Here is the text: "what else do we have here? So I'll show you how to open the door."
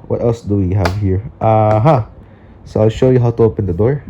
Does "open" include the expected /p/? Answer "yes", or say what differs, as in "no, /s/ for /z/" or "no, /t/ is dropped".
yes